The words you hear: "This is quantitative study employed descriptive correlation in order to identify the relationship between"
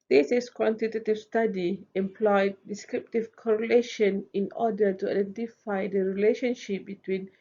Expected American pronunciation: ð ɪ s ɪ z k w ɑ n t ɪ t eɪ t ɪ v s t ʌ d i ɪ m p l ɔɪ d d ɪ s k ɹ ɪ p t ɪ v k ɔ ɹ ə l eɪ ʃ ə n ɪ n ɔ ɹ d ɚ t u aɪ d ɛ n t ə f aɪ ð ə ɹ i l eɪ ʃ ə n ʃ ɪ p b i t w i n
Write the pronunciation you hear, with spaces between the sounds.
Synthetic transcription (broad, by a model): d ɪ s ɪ s k w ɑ n t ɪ t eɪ t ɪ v s t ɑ d i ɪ m p l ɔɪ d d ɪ s k ɹ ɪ p t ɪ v k ɔ ɹ ə l eɪ ʃ ə n ɪ n ɔ d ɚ t u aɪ d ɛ n t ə f aɪ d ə ɹ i l eɪ ʃ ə n ʃ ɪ p b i t w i n